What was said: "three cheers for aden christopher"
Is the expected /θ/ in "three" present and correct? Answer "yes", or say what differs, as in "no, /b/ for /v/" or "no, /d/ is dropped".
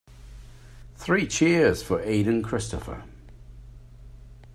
yes